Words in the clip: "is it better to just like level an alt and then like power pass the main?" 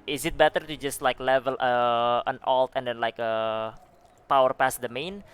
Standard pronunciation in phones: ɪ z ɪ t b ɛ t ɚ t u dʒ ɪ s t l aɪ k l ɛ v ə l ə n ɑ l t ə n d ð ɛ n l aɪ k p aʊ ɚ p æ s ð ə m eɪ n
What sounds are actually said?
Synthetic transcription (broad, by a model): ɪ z ɪ t b ɛ t ɚ t u dʒ ɪ s t l aɪ k l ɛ v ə l ə n ɑ l t ə n d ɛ n l aɪ k p aʊ ɚ p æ s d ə m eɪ n